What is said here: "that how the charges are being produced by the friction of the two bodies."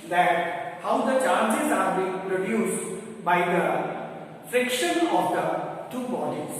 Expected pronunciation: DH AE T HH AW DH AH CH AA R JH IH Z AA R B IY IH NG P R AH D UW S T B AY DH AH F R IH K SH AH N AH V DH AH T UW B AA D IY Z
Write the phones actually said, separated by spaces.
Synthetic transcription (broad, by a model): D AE T HH AW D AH CH AA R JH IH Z AA R B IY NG P R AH D UW S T B AY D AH F R IH K SH AH N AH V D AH T UW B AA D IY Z